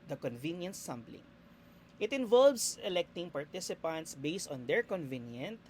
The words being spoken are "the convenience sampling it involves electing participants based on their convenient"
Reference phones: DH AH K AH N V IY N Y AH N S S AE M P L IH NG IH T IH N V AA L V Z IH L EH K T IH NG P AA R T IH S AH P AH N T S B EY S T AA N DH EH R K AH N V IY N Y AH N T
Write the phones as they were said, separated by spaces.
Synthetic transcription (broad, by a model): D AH K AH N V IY N Y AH N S S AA M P L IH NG IH T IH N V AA L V S IH L EH K T IH NG P AA R T IH S AH P AH N T S B EY S T AA N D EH R K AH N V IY N Y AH N T